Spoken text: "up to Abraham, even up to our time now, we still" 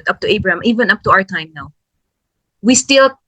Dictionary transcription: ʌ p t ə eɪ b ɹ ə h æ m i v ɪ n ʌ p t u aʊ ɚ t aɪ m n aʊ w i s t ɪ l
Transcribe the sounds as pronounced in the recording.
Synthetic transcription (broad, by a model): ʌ p t ə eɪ b ɹ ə h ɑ m i v ɪ n ʌ p t u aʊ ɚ t aɪ m n aʊ w i s t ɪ l